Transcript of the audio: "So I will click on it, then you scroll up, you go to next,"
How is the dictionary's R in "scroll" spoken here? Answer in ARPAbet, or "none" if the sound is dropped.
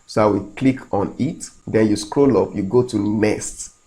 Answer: R